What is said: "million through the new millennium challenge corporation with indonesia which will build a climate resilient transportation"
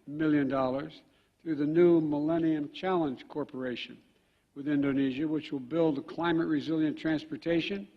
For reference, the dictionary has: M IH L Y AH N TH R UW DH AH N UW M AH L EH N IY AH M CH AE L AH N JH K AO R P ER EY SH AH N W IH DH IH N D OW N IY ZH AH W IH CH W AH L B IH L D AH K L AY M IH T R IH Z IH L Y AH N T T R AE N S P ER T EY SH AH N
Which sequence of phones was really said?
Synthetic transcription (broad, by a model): M IH L Y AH N TH R UW DH AH N UW M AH L EH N IY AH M CH AE L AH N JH K AO R P ER EY SH AH N W IH DH IH N D OW N IY ZH AH W IH CH W AH L B IH L D AH K L AY M IH T R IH Z IH L Y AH N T T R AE N S P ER T EY SH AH N